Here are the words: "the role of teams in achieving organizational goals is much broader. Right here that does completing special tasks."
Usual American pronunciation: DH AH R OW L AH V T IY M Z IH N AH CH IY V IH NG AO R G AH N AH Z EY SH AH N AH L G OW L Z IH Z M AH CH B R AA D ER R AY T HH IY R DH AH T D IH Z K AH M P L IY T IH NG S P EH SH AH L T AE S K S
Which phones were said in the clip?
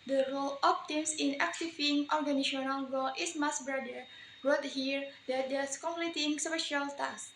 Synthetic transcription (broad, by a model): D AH R OW L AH P T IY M S IH N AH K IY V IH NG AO R G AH N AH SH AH N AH L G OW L IH S M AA S B R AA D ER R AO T HH IY R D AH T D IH S K AH M P L IY T IH NG S P EH SH AH L T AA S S